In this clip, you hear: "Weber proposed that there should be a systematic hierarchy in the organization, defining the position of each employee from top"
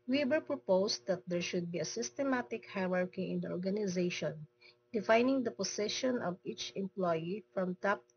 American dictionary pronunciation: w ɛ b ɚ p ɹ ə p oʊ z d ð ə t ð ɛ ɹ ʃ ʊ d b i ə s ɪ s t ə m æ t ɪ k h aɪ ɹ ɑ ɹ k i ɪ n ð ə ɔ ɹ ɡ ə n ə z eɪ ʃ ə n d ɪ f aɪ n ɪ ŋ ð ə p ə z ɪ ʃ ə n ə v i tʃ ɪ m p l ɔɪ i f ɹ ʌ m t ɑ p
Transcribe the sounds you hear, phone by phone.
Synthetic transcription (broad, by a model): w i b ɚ p ɹ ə p oʊ s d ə t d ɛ ɹ ʃ ʊ d b i ə s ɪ s t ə m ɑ t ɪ k h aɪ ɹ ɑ ɹ k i ɪ n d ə ɔ ɹ ɡ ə n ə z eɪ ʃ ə n d ɪ f aɪ n ɪ ŋ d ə p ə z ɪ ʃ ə n ə v i tʃ ɪ m p l ɔɪ i f ɹ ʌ m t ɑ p